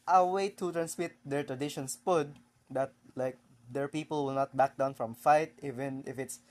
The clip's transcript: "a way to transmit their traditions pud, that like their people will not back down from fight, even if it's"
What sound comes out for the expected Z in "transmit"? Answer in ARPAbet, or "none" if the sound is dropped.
S